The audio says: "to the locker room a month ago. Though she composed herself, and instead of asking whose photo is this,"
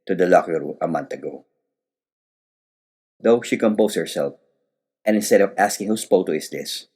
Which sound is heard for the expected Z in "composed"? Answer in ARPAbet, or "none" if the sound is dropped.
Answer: S